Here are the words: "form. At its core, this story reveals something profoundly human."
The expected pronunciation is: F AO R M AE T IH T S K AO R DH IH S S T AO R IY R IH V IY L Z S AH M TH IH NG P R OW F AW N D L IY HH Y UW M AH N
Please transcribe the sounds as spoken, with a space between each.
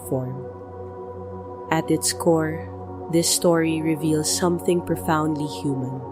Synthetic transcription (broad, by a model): F AO R M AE T IH T S K AO R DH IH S S T AO R IY R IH V IY L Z S AH M TH IH NG P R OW F AW N D L IY HH Y UW M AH N